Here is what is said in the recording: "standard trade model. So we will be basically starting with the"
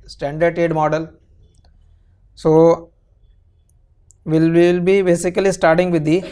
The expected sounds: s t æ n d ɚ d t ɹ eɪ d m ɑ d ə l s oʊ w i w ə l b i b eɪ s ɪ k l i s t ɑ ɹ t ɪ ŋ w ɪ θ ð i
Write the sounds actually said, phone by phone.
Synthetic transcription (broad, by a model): s t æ n d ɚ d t eɪ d m ɑ d ə l s oʊ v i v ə l b i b eɪ s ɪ k l i s t ɑ ɹ t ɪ ŋ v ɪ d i